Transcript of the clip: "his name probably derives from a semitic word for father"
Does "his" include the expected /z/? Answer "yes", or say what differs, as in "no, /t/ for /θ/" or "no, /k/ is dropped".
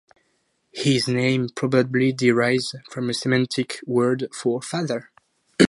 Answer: yes